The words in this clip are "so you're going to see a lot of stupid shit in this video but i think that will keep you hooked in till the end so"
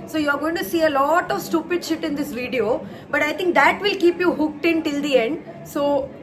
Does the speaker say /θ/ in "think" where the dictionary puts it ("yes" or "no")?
no